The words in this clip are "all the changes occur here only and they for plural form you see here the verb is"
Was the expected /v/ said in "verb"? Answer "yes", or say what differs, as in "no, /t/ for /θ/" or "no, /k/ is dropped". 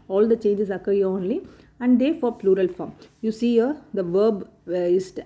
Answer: yes